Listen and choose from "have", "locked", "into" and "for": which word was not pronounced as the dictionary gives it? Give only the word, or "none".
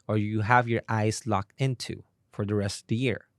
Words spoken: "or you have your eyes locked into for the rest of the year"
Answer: none